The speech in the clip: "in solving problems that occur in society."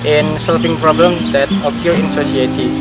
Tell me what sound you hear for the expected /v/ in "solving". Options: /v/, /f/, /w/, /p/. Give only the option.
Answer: /f/